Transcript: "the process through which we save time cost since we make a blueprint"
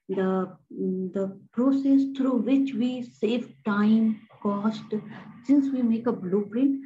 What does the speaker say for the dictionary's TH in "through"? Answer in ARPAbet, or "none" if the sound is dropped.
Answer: T